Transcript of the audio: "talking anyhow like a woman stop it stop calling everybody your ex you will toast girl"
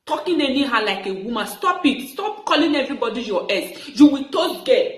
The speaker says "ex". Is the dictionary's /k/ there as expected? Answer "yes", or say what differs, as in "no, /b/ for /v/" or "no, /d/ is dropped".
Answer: no, /k/ is dropped